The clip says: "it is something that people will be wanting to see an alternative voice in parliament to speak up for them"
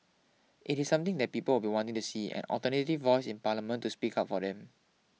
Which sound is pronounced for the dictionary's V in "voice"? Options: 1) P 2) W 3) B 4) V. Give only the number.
4